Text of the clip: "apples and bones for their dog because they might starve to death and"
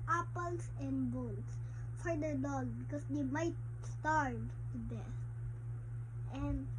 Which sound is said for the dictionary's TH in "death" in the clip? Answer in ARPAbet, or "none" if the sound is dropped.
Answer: S